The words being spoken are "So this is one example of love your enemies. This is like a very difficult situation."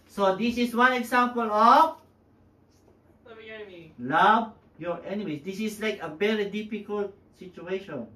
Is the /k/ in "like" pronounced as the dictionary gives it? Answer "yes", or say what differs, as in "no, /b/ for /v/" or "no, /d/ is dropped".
yes